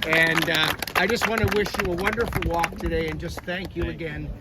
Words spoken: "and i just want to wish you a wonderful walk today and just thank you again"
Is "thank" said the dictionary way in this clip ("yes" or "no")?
yes